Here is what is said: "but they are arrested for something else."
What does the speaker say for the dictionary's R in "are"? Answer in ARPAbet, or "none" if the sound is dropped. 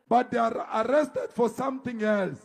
R